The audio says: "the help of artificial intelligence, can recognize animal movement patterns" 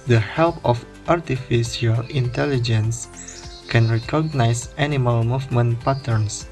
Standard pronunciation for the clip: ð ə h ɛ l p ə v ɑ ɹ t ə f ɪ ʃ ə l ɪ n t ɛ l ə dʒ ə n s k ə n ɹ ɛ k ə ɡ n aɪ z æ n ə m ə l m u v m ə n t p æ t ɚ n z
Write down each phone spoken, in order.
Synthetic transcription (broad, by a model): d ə h ɛ l p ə f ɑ ɹ t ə f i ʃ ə l ɪ n t ɛ l ə dʒ ə n s k ə n ɹ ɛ k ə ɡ n aɪ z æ n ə m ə l m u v m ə n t p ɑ t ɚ n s